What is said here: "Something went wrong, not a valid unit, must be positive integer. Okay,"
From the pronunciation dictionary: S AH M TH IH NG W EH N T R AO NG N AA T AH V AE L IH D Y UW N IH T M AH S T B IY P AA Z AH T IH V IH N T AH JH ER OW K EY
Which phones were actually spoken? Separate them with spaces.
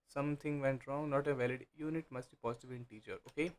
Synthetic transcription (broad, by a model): S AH M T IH NG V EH N T R AO NG N AA T AH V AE L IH D Y UW N IH T M AH S T B IY P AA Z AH T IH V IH N T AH CH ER OW K EY